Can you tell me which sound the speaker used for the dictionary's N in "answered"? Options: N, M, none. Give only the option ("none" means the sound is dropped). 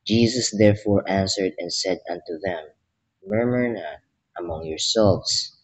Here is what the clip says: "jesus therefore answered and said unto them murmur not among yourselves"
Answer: N